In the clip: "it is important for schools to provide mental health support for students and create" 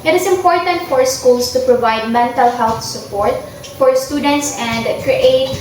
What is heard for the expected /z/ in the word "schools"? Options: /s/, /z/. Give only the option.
/s/